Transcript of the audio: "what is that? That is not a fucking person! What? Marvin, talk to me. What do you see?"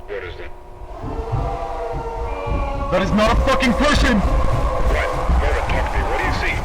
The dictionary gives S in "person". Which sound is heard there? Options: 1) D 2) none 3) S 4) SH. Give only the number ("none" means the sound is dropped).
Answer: 4